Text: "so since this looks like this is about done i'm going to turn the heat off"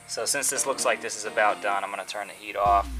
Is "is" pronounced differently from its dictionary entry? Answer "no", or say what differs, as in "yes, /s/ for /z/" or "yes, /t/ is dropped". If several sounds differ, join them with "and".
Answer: no